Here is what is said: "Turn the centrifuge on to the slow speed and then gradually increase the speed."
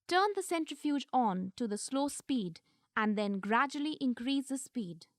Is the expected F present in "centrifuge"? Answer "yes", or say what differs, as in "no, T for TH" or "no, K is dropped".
yes